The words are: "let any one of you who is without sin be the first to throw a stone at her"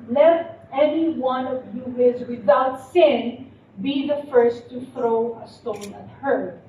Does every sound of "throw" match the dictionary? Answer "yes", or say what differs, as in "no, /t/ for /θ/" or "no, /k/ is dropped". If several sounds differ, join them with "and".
yes